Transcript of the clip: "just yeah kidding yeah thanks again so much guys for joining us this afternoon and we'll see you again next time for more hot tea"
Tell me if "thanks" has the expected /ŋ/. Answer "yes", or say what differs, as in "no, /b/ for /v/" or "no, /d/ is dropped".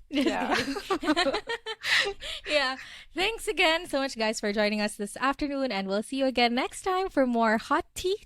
yes